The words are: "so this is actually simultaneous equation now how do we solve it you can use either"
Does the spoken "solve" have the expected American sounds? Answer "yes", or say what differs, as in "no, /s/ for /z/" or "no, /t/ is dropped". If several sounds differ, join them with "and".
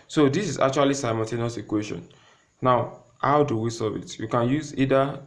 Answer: no, /l/ is dropped